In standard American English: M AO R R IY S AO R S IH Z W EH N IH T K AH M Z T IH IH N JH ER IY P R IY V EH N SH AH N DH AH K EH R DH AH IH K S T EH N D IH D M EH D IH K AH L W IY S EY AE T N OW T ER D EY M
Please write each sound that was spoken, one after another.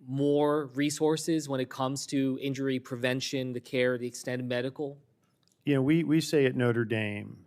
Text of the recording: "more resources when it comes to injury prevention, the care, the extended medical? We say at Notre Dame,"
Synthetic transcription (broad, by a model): M AO R R IY S AO R S IH Z W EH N IH T K AH M Z T IH IH N JH ER IY P R IY V EH N SH AH N DH AH K EH R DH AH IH K S T EH N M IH D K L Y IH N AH W W IY S EY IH T N OW T ER D EY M